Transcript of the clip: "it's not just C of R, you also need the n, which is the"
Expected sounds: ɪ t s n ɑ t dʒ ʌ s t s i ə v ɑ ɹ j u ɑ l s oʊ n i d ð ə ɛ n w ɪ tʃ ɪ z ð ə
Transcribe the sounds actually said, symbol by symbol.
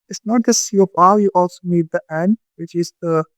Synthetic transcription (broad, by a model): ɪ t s n ɑ t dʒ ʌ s s i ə p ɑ l j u ɑ l s oʊ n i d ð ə ɛ n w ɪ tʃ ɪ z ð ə